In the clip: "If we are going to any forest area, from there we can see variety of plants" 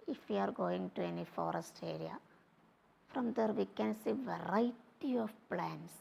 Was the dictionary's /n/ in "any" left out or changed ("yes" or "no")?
no